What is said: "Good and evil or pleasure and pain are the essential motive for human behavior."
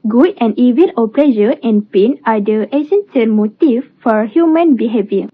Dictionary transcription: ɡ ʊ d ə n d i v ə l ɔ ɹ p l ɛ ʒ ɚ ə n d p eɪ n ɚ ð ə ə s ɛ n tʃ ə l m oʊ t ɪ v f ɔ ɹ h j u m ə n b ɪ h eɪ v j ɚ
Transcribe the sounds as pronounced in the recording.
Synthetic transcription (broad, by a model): ɡ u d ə n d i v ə n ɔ l p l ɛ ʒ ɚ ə n p eɪ n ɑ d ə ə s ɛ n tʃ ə n m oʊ t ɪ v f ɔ ɹ h j u m ə n b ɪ h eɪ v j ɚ